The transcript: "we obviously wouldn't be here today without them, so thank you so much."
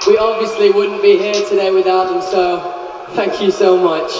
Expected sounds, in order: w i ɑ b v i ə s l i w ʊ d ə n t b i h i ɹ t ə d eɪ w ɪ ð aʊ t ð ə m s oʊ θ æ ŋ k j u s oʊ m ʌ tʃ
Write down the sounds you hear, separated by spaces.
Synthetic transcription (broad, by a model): w i ɑ b v i ə s l i w ʊ d n b i h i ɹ t ə d eɪ w ɪ ð aʊ t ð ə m s oʊ θ æ ŋ k j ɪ s oʊ m ʌ tʃ